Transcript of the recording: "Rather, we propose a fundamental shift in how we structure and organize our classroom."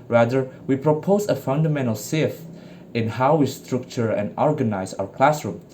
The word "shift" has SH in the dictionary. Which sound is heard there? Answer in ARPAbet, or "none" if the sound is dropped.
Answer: S